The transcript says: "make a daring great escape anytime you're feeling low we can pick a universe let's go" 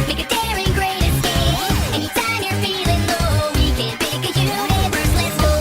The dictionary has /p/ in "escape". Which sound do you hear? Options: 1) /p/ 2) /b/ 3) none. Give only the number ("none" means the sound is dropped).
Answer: 3